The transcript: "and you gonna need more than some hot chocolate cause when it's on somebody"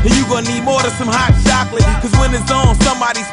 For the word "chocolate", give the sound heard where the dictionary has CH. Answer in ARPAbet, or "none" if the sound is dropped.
SH